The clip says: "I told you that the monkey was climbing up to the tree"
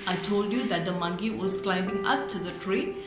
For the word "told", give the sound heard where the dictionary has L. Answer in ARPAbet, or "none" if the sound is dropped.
L